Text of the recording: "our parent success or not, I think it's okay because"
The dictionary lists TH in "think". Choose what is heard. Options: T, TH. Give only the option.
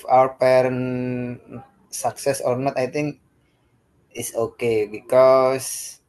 T